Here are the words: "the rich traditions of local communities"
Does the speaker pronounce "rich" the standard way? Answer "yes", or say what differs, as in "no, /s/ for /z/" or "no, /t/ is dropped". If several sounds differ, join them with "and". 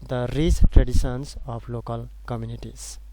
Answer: no, /s/ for /tʃ/